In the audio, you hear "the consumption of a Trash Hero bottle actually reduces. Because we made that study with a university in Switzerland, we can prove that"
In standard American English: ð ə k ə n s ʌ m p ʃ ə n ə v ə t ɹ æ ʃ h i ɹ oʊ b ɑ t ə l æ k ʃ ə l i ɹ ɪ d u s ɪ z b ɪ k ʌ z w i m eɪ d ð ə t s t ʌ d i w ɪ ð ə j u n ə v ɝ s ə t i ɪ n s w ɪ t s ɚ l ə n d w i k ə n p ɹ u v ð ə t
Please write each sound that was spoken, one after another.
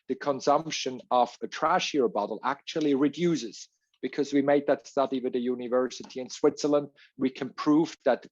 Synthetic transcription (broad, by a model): ð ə k ə n s ʌ m p ʃ ə n ə v ə t ɹ æ ʃ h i ɹ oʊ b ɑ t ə l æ k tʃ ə l i ɹ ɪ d u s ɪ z b ɪ k ʌ z w i m eɪ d ð ə t s t ʌ d i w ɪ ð ə j u n ə v ɝ s ə t i ɪ n s w ɪ t s ɚ l ə n d w i k ə n p ɹ u v ð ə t